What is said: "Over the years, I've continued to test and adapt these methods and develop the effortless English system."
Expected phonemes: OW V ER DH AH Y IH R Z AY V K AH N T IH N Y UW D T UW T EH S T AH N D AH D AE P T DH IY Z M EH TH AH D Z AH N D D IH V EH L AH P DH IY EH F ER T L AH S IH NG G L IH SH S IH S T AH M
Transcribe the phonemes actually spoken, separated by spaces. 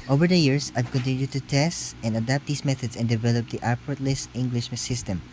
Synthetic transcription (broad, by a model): OW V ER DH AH Y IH R S AY V K AH N T IH N Y UW D T UW T EH S T AH N D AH D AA P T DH IY S M EH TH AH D S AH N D D IH V EH L AH P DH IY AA P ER T L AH S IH NG G L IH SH S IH S T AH M